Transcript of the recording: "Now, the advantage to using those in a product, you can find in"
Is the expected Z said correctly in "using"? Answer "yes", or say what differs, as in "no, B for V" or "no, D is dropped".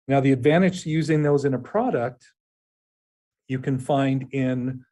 yes